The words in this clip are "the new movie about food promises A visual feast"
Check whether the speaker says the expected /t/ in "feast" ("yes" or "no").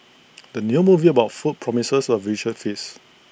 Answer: no